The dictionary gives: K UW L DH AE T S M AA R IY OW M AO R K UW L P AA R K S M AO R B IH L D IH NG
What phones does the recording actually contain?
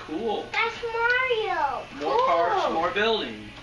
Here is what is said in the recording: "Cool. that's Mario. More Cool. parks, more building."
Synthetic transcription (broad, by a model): K UW L DH AE T S M AA R IY OW M AO R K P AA R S M AO R B IH L D IH NG